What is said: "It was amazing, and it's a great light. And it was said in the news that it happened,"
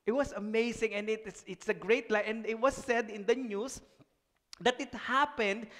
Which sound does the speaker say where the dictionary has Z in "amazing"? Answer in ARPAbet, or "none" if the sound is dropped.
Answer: S